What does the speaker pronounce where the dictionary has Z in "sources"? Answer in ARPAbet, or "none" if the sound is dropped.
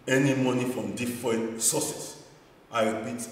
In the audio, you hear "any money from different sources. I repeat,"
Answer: S